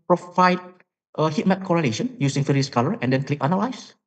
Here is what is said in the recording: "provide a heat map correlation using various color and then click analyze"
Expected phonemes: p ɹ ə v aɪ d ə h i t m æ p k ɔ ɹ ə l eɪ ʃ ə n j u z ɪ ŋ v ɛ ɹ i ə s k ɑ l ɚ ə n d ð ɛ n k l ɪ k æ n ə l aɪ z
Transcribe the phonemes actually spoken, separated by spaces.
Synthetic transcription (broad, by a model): p ɹ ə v aɪ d ə h i t m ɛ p k ɔ ɹ ə l eɪ ʃ ə n j u s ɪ ŋ f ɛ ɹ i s k ɑ l ɚ ə n d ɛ n k l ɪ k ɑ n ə l aɪ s